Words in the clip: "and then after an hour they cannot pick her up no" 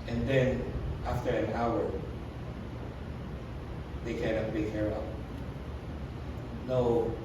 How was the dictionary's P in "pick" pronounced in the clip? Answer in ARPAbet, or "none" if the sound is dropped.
B